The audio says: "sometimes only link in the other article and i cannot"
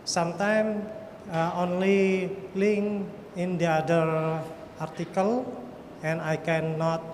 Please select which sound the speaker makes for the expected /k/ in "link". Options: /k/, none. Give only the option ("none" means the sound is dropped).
none